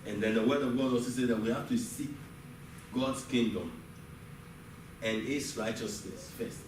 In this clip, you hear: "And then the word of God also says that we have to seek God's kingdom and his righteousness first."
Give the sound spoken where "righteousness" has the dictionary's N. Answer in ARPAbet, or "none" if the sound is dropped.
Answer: N